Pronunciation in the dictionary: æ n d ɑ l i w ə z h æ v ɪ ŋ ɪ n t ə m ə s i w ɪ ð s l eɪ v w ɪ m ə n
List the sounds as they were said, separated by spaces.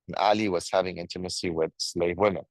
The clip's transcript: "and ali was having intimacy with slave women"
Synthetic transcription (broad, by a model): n ɑ l i w ə z h æ v ɪ ŋ ɪ n t ə m ə s i w ɪ ð s l eɪ v w ɪ m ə n